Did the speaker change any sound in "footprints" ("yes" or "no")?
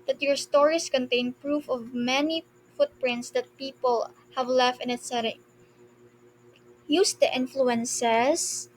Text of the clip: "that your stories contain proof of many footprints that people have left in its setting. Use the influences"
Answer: no